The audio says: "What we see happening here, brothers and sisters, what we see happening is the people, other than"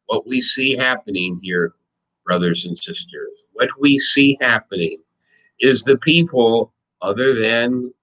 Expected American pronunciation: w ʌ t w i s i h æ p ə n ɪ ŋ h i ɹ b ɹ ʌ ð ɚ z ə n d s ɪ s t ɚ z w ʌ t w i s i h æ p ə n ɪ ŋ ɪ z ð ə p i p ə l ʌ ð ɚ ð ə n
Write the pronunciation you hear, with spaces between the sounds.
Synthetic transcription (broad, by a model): w ʌ t w i s i h æ p ə n ɪ ŋ h i ɹ b ɹ ʌ ð ɚ z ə n s ɪ s t ɚ z w ʌ t w i s i h æ p ə n ɪ ŋ ɪ z ð ə p i p l ʌ ð ɚ ð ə n